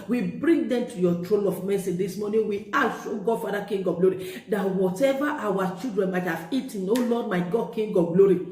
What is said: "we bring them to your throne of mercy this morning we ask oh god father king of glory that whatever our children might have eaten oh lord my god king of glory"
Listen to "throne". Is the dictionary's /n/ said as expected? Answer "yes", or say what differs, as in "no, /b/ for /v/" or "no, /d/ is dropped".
no, /l/ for /n/